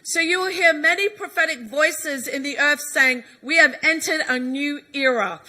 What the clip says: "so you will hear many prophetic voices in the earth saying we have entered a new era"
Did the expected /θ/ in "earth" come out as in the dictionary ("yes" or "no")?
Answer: yes